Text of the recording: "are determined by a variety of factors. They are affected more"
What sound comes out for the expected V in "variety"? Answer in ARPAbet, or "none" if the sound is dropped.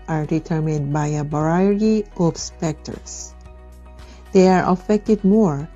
B